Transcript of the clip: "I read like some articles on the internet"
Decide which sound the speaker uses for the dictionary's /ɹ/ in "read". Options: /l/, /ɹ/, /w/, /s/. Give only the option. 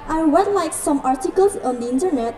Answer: /w/